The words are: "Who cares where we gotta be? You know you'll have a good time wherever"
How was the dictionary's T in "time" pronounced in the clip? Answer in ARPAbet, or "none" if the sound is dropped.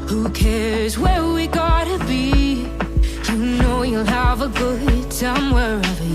S